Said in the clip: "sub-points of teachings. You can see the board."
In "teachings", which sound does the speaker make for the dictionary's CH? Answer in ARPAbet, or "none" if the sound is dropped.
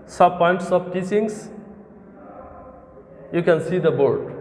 S